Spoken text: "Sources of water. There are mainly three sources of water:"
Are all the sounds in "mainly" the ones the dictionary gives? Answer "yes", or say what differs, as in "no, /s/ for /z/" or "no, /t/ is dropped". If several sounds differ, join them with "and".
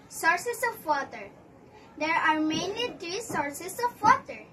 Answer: yes